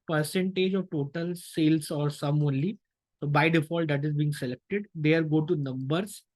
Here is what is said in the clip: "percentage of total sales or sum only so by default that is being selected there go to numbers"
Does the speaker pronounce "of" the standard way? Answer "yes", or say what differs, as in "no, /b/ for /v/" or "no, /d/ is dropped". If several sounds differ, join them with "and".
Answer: yes